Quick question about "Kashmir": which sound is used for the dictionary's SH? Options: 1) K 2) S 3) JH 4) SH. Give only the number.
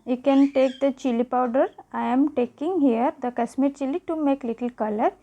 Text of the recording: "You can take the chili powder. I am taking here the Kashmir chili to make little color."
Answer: 2